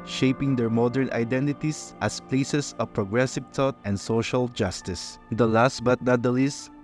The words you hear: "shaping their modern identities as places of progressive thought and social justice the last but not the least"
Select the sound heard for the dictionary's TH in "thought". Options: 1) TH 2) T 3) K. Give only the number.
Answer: 2